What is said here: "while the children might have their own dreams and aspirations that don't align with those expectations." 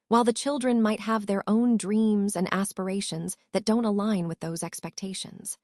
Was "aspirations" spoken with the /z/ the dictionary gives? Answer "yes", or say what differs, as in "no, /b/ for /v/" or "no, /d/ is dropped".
yes